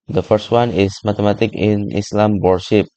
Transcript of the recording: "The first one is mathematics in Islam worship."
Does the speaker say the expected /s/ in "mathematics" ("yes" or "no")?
no